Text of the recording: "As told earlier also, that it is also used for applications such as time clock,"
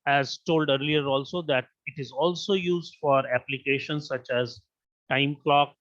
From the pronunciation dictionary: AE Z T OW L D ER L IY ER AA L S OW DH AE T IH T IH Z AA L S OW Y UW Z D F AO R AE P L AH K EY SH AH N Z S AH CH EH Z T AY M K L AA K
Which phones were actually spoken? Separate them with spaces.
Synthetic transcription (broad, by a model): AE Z T OW L D ER L IY ER AA L S OW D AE T IH T IH Z AA L S OW Y UW Z D F AO R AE P L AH K EY SH AH N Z S AH CH EH Z T AY M K L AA K